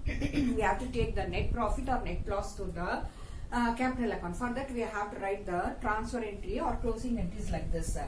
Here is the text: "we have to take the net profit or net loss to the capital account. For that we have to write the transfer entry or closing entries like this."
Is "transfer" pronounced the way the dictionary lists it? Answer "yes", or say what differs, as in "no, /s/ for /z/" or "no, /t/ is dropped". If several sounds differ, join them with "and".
no, /p/ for /f/